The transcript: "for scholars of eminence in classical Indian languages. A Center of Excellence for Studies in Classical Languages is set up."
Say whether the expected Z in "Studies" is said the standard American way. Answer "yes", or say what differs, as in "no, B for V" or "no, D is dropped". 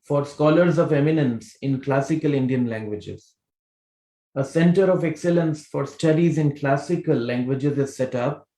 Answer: yes